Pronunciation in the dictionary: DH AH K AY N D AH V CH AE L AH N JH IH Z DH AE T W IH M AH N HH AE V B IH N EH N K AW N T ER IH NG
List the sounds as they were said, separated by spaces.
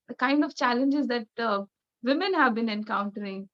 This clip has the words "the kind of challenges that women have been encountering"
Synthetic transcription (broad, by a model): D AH K AY N D AH V CH AE L AH N JH IH Z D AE T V IH M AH N HH AE V B IH N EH N K AW N T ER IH NG